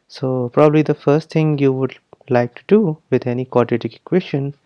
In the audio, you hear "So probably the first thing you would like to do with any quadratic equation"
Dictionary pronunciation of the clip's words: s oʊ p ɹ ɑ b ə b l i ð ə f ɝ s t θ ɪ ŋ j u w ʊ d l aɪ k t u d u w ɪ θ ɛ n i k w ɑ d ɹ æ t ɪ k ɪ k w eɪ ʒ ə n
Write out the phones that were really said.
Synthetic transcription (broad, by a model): s oʊ p ɹ ɑ b ə b l i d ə f ɝ s t t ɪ ŋ j u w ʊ d l aɪ k t u d u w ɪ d ɛ n i k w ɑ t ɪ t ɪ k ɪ k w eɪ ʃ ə n